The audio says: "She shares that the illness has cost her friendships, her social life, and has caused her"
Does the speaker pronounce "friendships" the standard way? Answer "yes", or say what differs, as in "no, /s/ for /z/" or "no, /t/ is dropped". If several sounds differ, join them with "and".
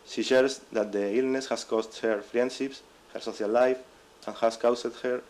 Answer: yes